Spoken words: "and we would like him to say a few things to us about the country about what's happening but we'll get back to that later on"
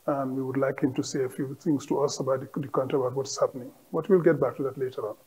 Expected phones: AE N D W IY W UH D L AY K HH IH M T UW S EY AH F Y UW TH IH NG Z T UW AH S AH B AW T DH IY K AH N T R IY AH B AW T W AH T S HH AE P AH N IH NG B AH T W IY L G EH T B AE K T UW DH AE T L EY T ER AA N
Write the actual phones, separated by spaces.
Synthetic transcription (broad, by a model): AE N D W IY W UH D L AY K HH IH M T UW S EY AH F Y UW T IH NG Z T UW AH S AH B AW T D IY K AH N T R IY AH B AW T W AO T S HH AE P AH N IH NG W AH T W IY L G EH T B AE K T UW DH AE T L EY T ER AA N